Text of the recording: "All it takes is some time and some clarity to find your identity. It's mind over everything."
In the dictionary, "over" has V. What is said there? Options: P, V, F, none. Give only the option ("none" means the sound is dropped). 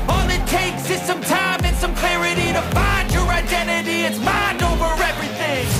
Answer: V